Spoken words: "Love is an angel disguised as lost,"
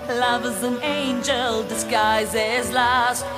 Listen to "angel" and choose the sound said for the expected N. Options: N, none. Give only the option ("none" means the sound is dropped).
N